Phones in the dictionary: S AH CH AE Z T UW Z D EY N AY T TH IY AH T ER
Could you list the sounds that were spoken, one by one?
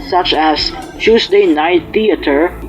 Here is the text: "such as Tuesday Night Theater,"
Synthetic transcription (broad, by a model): S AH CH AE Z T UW S D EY N AY T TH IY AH T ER